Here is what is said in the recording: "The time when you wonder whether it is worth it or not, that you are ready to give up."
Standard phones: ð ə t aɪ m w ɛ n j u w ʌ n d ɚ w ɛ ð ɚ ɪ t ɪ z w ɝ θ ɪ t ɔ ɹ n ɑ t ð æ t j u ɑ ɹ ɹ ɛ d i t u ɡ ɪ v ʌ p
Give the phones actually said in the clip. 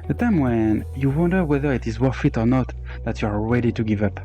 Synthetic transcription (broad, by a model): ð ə t aɪ m w ɛ n j u w ʌ n d ɚ w ɛ ð ɚ ɪ t ɪ z w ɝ f ɪ t ɔ ɹ n ɑ t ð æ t j u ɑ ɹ ɹ ɛ d i t u ɡ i v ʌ p